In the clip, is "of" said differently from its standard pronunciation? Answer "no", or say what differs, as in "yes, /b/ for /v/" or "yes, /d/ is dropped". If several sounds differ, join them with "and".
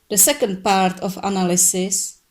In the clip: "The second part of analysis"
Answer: yes, /f/ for /v/